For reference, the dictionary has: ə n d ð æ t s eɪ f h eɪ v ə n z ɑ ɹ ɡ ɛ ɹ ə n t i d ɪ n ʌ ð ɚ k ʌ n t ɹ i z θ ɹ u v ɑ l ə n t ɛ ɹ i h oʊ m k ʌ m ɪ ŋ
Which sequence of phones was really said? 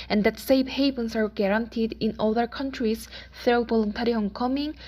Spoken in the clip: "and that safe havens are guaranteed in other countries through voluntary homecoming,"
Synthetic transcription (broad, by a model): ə n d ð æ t s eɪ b h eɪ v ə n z ɑ ɹ ɡ ɛ ɹ ə n t i d ɪ n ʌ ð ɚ k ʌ n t ɹ i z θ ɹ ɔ b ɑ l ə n t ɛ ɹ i h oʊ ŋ k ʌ m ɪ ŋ